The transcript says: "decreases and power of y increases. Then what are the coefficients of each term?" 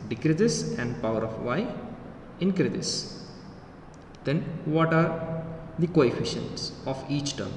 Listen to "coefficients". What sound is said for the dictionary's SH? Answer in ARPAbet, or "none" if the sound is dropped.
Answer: SH